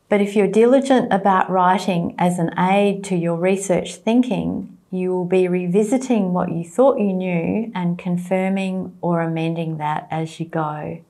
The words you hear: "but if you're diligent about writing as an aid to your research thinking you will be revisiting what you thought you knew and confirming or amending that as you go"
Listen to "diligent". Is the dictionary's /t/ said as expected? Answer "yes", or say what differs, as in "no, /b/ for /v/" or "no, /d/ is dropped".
yes